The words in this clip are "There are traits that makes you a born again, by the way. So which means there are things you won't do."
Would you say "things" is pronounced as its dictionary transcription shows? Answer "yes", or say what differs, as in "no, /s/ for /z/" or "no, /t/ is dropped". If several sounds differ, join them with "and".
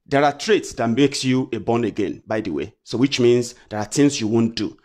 no, /t/ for /θ/